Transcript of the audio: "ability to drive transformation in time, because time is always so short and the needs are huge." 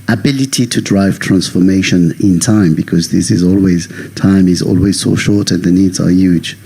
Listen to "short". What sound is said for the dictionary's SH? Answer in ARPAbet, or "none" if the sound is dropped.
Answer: SH